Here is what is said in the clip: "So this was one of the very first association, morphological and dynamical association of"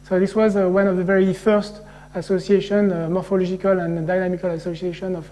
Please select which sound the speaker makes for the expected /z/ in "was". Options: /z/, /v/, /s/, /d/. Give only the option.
/z/